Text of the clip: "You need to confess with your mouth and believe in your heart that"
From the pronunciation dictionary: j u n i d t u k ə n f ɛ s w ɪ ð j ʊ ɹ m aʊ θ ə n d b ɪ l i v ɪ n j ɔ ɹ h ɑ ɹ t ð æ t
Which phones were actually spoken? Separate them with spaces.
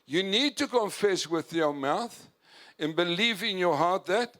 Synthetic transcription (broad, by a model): j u n i d t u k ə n f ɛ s w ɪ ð j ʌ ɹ m aʊ θ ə n b ɪ l i v ɪ n j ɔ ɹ h ɑ ɹ t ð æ t